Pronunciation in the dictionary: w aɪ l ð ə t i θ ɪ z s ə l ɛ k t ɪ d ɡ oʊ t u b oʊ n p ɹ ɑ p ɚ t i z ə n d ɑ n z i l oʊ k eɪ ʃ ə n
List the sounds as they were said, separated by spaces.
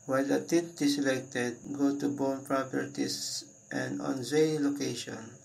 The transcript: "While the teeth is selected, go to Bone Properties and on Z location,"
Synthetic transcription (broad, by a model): w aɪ l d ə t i t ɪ s ə l ɛ k t ɪ d ɡ oʊ t u b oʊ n p ɹ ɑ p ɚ t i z ə n d ɑ n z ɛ l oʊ k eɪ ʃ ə n